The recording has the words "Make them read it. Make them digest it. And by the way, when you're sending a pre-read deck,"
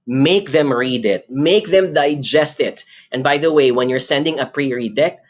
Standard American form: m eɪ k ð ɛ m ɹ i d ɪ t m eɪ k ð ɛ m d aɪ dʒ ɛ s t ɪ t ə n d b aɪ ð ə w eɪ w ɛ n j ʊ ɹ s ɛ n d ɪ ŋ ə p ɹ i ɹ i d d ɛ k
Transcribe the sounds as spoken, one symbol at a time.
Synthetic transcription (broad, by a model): m eɪ k ð ɛ m ɹ i d ɪ t m eɪ k ð ɛ m d aɪ dʒ ɛ s t ɪ t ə n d b aɪ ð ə w eɪ w ɛ n j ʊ ɹ s ɛ n d ɪ ŋ ə p ɹ i ɹ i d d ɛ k